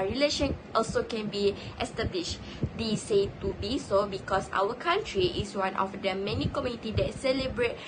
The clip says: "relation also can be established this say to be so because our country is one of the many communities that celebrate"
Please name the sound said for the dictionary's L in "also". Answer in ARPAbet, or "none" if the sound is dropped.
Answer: L